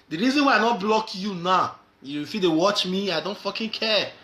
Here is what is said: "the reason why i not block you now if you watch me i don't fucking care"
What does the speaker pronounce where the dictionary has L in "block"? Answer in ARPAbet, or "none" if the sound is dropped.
L